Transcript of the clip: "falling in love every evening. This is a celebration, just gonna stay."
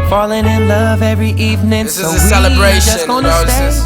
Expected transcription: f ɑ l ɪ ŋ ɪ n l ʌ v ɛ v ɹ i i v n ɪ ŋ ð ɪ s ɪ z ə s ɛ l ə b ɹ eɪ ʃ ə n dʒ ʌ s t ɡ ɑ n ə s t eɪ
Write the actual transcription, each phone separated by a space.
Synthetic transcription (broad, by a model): f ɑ l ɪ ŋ ɪ n l ʌ v ɛ v ɹ i i v n ɪ ŋ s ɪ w ə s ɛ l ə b ɹ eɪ ə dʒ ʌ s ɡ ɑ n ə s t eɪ